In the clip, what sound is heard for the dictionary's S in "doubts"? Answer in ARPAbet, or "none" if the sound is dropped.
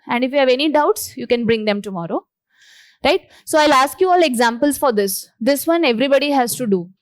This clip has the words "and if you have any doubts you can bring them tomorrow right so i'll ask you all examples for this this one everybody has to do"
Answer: S